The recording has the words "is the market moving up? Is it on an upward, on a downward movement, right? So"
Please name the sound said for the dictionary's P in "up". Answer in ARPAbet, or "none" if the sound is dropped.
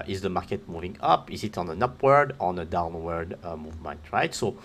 P